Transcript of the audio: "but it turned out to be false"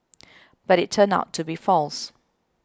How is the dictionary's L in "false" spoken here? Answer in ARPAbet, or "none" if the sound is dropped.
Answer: L